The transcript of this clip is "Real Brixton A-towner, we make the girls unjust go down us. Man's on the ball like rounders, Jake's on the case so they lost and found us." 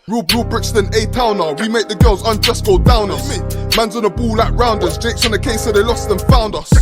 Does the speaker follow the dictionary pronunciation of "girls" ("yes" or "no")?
yes